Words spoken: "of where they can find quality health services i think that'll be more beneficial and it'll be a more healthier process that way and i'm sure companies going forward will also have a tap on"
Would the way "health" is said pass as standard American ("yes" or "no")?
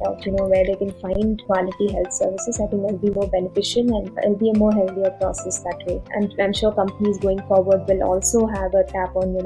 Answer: no